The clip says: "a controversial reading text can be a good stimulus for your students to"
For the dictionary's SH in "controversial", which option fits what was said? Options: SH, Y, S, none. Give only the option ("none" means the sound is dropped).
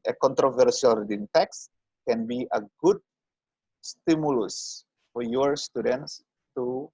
S